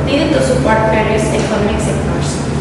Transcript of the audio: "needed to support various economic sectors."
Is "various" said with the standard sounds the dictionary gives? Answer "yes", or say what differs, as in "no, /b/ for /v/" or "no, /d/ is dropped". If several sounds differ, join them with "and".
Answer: no, /p/ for /v/